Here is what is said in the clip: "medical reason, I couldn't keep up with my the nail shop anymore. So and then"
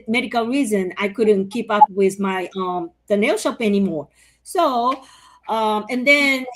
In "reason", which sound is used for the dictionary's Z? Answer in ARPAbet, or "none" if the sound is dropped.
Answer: Z